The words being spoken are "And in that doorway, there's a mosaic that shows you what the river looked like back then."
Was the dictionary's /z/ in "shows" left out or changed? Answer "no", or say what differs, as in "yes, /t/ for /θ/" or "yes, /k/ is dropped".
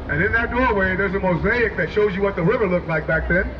no